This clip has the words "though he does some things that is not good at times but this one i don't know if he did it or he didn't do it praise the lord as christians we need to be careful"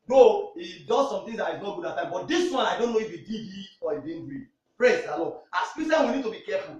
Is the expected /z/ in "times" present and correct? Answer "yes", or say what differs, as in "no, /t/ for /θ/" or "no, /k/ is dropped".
no, /z/ is dropped